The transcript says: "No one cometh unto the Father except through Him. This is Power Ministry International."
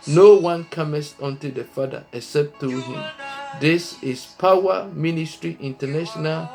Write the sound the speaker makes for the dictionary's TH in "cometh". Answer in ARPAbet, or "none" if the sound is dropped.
S